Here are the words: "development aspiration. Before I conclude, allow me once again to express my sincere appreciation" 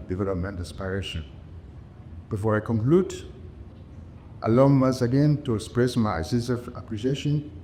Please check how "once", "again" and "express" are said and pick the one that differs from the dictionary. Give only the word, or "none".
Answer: once